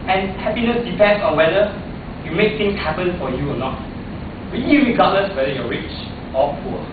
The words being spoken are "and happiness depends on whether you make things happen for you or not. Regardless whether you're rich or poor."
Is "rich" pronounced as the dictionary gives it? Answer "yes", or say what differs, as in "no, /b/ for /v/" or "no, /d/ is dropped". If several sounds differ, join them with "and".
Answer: yes